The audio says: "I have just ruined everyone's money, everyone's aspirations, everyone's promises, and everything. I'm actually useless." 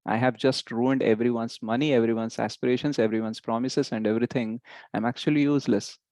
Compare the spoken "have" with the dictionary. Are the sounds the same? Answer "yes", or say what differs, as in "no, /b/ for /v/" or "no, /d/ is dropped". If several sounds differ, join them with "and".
yes